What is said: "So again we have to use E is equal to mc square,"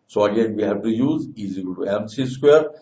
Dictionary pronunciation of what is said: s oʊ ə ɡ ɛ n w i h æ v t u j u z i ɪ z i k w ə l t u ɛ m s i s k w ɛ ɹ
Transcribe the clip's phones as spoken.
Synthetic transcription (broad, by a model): s oʊ ə ɡ ɛ n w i h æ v t u j u z i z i w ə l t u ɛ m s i s k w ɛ ɹ